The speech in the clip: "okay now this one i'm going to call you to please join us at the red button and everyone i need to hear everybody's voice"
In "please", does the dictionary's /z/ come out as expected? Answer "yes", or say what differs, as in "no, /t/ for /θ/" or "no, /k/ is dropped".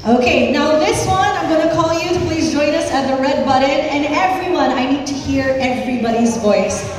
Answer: yes